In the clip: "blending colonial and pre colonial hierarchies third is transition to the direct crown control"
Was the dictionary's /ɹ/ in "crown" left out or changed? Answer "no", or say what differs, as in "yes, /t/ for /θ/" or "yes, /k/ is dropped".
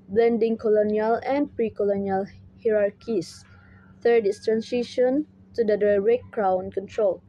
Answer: no